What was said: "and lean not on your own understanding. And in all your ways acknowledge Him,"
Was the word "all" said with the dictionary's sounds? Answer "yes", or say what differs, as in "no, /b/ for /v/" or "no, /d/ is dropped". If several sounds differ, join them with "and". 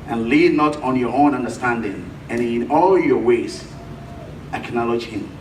yes